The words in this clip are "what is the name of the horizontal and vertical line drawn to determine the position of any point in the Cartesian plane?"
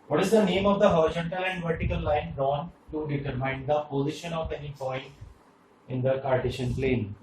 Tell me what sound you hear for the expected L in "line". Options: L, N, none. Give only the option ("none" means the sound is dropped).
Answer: L